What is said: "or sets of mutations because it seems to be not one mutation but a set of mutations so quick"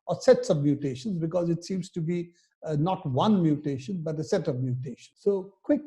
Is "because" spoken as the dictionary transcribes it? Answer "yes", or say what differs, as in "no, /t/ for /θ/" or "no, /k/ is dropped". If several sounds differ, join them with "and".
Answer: yes